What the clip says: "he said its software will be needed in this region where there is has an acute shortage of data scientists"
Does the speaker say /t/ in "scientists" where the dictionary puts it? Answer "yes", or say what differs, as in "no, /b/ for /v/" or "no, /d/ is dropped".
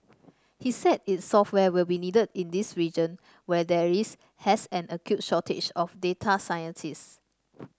no, /s/ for /t/